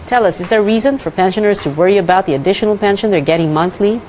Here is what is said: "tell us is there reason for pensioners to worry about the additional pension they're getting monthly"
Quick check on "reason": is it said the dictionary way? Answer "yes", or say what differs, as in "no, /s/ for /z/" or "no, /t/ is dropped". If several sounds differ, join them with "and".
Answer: yes